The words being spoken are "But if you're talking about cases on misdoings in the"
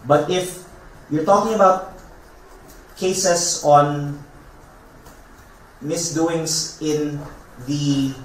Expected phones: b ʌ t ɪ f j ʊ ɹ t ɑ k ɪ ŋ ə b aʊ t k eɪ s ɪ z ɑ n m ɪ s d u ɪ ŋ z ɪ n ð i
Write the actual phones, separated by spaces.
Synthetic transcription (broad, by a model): b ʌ t ɪ f j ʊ ɹ t ɑ k ɪ ŋ ə b aʊ t k eɪ s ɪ s ɑ n m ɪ s d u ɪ ŋ s ɪ n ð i